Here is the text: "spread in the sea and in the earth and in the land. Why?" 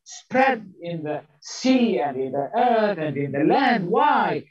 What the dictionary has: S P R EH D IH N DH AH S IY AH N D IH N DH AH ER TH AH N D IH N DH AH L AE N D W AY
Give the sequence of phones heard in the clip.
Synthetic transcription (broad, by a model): S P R EH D IH N DH AH S IY AH N D IH N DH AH ER TH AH N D IH N DH AH L AE N D W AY